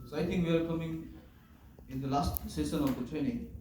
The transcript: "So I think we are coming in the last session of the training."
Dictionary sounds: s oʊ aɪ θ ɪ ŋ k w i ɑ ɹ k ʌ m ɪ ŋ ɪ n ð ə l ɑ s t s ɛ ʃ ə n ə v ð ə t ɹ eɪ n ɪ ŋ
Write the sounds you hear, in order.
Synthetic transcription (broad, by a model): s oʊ aɪ t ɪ ŋ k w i ɑ ɹ k ʌ m ɪ ŋ ɪ n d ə l ɑ s t s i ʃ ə n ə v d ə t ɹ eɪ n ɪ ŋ